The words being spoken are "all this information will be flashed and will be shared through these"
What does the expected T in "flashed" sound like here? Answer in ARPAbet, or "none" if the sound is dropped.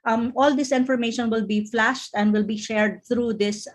T